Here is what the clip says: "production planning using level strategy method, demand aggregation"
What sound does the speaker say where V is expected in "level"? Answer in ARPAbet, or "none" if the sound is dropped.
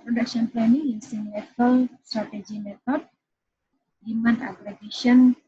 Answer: P